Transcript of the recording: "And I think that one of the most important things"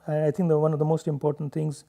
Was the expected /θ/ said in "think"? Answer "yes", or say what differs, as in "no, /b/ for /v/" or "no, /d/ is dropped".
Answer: no, /t/ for /θ/